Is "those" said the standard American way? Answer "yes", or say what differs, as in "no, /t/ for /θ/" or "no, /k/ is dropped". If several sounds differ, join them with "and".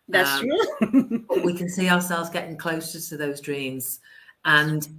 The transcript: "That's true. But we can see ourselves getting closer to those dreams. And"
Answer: yes